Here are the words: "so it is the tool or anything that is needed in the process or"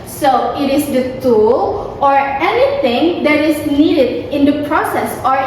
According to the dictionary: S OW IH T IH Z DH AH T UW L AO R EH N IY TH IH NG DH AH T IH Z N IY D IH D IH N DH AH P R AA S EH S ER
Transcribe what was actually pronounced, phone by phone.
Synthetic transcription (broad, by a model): S OW IH T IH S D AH T UW L AO R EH N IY T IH NG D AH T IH S N IY D IH D IH N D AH P R AA S EH S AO